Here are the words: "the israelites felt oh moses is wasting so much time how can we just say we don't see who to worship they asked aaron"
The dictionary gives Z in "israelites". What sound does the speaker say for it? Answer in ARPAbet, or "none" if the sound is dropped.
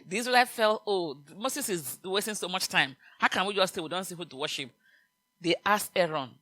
S